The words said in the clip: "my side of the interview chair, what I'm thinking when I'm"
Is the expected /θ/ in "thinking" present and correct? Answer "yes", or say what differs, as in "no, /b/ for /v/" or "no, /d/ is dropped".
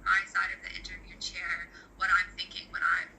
yes